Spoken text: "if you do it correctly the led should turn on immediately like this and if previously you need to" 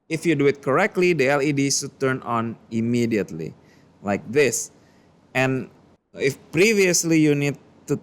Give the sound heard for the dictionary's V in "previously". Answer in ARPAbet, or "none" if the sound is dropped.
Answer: V